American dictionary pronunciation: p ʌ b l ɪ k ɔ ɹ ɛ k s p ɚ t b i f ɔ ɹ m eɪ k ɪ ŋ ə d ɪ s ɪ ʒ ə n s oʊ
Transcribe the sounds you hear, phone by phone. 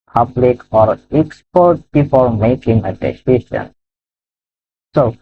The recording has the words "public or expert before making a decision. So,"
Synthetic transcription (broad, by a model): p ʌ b l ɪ k ɔ ɹ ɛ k s p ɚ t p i p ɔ l m eɪ k ɪ ŋ ə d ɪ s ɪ ʃ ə n s oʊ